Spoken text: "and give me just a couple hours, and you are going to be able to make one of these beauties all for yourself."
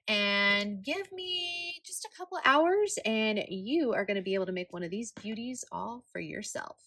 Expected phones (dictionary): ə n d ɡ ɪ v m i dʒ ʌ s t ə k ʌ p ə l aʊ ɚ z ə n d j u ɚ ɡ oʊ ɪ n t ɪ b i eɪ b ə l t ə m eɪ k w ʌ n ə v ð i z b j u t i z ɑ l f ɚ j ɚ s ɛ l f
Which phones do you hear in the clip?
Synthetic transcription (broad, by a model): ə n ɡ ɪ v m i dʒ ʌ s t ə k ʌ p l aʊ ɚ z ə n j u ɚ ɡ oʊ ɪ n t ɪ b i eɪ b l t ə m eɪ k w ʌ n ə v ð i z b j u t i z ɑ l f ɚ j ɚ s ɛ l f